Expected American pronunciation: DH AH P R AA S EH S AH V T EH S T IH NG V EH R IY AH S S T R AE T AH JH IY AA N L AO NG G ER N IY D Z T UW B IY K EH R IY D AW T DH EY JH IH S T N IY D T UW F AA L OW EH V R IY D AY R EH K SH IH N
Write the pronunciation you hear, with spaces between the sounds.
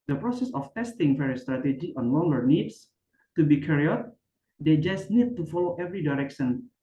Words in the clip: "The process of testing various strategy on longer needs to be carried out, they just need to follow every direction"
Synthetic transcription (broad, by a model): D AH P R AA S EH S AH F T EH S T IH NG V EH R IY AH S S T R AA T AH JH IY AA N L AO NG G ER N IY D S T UW B IY K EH R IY AW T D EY JH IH S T N IY D T UW F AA L OW EH V R IY D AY R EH K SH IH N